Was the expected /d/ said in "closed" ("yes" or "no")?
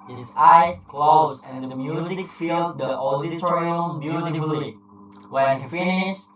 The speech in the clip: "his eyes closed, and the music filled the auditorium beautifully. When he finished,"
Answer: no